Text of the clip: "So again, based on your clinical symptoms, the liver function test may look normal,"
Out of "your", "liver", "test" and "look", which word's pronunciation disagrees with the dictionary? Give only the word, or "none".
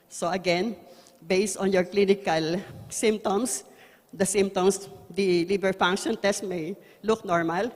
liver